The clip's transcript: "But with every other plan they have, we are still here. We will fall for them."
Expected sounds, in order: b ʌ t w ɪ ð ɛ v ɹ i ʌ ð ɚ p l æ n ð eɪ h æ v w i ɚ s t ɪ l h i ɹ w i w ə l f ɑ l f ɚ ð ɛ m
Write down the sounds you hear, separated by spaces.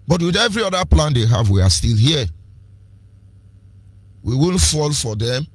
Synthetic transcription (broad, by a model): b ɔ t w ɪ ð ɛ v ɹ i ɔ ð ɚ p l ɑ n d eɪ h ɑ v w i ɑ s t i l h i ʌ w i w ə n f ɑ l f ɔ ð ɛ m